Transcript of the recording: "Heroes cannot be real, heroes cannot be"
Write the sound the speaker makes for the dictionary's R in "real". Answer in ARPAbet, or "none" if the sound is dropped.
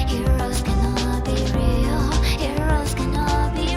R